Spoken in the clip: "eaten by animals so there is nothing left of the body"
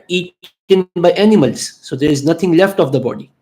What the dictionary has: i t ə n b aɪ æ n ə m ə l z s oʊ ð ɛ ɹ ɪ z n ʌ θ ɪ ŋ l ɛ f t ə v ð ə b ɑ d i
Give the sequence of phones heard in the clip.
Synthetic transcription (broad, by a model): i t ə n b aɪ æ n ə m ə l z s oʊ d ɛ ɹ ɪ z n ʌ t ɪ ŋ l ɛ f t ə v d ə b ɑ d i